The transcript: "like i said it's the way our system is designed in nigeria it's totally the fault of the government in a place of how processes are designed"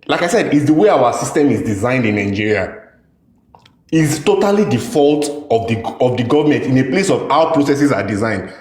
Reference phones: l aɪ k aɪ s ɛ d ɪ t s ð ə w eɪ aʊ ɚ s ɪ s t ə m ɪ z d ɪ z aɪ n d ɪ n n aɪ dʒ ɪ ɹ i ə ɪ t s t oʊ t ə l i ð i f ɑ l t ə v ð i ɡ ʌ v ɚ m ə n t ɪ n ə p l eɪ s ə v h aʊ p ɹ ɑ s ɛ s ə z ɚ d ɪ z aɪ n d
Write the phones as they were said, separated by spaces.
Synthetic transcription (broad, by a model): l aɪ k aɪ s ɛ d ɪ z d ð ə w eɪ aʊ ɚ s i s t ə m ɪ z d ɪ z aɪ n d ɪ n n aɪ dʒ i ɹ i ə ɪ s t oʊ t ə l i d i f ɑ l t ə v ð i ɡ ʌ v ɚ m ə n t ɪ n ə p l eɪ s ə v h aʊ p ɹ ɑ s ɛ s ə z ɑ d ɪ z aɪ n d